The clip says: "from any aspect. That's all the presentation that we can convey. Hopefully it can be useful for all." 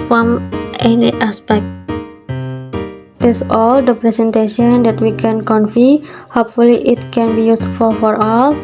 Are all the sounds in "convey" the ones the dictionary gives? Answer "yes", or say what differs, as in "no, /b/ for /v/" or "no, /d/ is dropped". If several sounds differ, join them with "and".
no, /f/ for /v/